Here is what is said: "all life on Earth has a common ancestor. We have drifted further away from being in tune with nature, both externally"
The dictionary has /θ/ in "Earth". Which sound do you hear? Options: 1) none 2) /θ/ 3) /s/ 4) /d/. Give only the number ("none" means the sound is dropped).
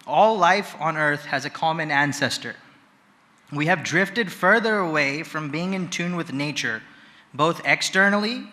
2